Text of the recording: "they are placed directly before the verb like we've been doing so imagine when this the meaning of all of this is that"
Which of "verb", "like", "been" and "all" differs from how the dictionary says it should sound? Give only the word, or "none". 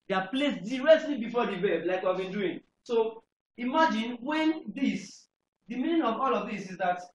verb